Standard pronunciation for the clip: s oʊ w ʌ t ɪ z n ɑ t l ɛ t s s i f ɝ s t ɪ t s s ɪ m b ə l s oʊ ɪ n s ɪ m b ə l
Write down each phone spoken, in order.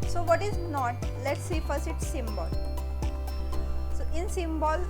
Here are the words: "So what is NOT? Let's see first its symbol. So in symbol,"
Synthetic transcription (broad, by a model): s oʊ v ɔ t ɪ z n ɑ t l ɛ t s s i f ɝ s ɪ t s s ɪ m b ə l s oʊ ɪ n s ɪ m b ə l